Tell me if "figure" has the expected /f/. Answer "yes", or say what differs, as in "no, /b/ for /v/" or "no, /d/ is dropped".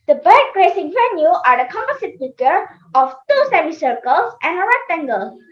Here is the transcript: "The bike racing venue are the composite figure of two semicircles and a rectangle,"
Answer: no, /p/ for /f/